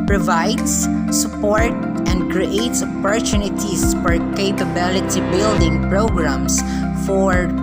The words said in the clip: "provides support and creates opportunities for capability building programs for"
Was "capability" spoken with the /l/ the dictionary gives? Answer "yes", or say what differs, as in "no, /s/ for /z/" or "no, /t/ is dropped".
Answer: yes